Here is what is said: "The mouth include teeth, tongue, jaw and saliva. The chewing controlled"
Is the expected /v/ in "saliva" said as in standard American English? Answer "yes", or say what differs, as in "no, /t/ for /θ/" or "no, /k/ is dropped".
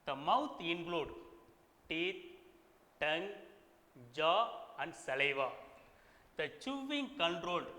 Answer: yes